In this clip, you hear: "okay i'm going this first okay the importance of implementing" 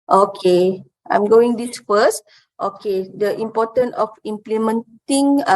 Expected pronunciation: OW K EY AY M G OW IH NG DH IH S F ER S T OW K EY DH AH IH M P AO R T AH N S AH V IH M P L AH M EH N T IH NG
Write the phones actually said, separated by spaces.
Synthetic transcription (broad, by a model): OW K EY AY M G OW IH NG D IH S F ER S T OW K EY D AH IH M P AO T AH N AH F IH M P L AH M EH N T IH NG